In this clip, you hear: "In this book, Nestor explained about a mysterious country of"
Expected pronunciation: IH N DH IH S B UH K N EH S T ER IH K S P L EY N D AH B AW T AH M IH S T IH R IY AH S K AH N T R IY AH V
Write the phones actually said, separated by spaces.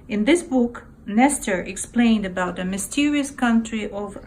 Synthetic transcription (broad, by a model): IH N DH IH S B UH K N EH S T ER IH K S P L EY N D AH B AW T AH M IH S T IH R IY AH S K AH N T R IY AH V